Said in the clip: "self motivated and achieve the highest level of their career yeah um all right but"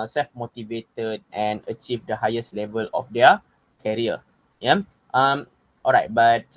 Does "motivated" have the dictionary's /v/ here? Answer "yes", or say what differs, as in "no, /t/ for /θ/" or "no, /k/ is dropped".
yes